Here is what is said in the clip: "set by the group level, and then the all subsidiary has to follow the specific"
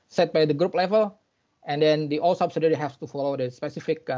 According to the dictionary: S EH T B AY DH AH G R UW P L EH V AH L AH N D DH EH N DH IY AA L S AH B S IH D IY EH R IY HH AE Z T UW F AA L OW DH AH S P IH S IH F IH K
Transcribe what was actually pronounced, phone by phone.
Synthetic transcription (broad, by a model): S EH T B AY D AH G R UW P L EH V AH L AH N D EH N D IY AA L S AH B S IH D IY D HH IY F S T UW F AA L OW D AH S P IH S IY F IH K